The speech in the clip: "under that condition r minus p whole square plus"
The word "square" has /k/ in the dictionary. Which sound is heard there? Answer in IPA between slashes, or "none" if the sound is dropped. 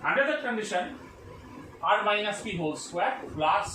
none